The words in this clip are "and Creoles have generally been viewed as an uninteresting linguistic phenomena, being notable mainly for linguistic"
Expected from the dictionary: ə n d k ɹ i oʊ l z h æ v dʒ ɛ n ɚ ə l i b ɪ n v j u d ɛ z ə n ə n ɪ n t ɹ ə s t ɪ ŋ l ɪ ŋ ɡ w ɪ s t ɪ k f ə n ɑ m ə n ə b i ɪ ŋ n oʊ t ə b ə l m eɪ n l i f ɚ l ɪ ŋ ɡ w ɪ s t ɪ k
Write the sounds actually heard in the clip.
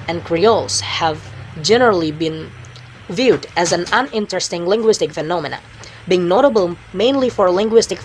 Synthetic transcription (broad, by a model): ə n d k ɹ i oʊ l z h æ v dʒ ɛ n ɚ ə l i b ɪ n v j u d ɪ z ə n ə n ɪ n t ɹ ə s t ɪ ŋ l ɪ ŋ ɡ w ɪ s t ɪ k f ə n ɑ m ə n ə b i ɪ ŋ n oʊ t ə b ə l m eɪ n l i f ɚ l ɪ ŋ ɡ w ɪ s t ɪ k